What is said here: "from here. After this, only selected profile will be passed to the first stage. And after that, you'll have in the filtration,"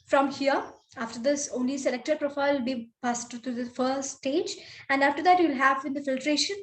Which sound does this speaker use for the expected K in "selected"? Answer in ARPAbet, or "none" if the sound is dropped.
K